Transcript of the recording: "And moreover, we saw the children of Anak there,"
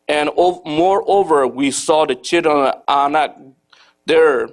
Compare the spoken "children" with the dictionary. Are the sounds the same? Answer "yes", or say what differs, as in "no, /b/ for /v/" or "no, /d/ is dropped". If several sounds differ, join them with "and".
no, /l/ is dropped